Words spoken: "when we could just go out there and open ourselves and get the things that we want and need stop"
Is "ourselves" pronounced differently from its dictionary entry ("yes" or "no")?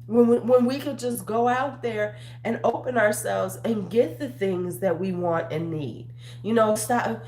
no